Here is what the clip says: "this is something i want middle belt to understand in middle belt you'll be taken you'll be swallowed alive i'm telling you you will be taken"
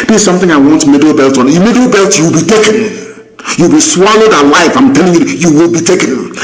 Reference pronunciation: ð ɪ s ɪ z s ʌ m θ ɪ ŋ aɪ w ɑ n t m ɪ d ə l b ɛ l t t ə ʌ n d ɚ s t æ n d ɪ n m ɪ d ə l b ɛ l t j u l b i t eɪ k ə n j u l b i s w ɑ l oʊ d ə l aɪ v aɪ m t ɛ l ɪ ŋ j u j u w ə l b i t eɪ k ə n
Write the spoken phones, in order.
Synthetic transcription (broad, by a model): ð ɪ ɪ s ʌ m θ ɪ ŋ aɪ w ɑ n t m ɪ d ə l b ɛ l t t ə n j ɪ m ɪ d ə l b ɛ l t j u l b i t eɪ k ə n j u l b i s w ɑ l oʊ d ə l aɪ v aɪ m t ɛ l ɪ ŋ j u j u w ə l b i t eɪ k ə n